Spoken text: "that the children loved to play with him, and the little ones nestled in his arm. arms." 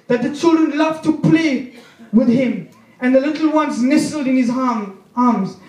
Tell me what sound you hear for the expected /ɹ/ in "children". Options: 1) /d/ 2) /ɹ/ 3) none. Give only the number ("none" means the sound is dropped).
2